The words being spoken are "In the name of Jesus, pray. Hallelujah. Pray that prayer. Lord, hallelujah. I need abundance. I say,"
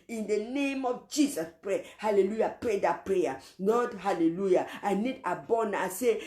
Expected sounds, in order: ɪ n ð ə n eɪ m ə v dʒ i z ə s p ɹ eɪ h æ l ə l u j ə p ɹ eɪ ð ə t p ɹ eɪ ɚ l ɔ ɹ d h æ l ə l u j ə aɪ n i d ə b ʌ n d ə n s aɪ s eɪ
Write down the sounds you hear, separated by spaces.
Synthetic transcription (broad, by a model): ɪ n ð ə n eɪ m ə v dʒ i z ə s p ɹ eɪ h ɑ l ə l u j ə p ɹ eɪ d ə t p ɹ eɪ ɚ n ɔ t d h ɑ l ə l u j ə aɪ n i d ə b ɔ n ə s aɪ s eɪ